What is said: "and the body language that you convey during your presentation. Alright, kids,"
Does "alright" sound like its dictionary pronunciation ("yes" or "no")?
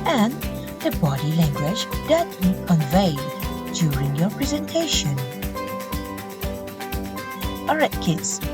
no